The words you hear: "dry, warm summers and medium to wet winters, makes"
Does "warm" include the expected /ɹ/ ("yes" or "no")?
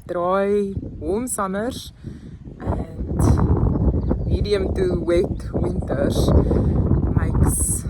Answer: no